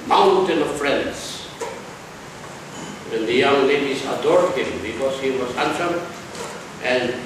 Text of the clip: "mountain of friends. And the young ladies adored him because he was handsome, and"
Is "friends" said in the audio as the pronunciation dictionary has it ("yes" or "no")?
no